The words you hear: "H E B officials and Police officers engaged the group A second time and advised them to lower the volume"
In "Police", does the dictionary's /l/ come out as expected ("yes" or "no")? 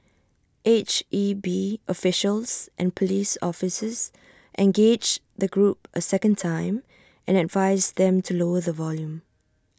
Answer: yes